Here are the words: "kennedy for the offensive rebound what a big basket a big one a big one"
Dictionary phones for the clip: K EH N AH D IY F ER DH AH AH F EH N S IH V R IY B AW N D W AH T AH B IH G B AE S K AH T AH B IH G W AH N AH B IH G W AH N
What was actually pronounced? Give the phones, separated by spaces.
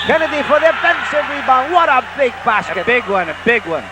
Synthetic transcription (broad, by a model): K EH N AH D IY F ER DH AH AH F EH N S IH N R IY B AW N W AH T AH B IH G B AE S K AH AH B IH G W AH N AH B IH G W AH N